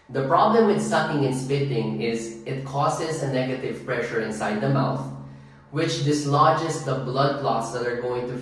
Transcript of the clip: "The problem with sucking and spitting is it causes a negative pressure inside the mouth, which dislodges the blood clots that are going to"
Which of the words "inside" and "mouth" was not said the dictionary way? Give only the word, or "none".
none